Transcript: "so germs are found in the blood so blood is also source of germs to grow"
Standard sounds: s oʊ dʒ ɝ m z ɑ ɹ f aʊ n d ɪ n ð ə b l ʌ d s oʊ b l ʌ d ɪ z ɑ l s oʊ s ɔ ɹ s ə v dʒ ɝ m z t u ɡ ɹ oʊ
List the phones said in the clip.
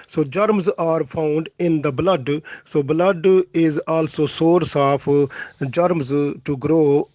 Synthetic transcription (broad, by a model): s oʊ dʒ ɝ m z ɑ ɹ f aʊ n d ɪ n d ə b l ʌ d s oʊ b l ʌ d ɪ z ɑ l s oʊ s ɔ ɹ s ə p dʒ ɝ m z t u ɡ ɹ oʊ